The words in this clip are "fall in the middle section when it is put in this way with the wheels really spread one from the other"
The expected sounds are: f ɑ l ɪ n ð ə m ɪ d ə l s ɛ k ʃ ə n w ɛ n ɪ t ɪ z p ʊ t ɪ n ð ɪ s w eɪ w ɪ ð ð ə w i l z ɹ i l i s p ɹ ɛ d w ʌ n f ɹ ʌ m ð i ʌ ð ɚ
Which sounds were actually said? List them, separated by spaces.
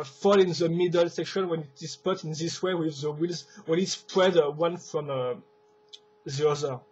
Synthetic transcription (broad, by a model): f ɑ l ɪ n ð ə m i d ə l s ɛ k ʃ ə n w ɛ n ɪ t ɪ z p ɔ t ɪ n ð ɪ s w eɪ w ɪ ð ð ə w i l z w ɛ n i s p ɹ ɛ d w ʌ n f ɹ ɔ m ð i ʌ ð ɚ